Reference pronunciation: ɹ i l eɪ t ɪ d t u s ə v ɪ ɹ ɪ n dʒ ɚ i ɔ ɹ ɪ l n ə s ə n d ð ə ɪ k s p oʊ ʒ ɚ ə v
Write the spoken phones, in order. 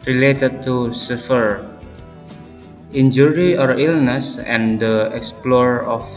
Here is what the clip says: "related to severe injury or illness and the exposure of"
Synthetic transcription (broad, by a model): ɹ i l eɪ t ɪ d t u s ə f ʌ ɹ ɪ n dʒ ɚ i ɔ ɹ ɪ l n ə s ə n d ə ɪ k s p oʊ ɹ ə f